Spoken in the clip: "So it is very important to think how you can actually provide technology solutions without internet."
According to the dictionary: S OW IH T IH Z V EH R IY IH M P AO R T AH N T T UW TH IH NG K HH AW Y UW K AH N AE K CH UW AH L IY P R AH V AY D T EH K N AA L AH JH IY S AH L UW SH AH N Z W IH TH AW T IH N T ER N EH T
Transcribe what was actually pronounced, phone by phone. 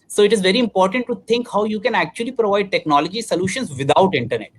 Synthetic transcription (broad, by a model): S OW IH T IH Z V EH R IY IH M P AO R T AH N T T UW T IH NG K HH AW Y UW K AH N AE K CH UW AH L IY P R AH V AY D T EH K N AA L AH JH IY S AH L UW SH AH N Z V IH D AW T IH N T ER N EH T